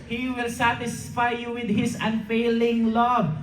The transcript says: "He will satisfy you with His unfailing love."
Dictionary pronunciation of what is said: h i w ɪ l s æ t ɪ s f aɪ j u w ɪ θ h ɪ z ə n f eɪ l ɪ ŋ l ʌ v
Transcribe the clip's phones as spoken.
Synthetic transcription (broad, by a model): h i w ɪ l s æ t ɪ s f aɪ j u w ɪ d h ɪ s ə n f eɪ l ɪ ŋ l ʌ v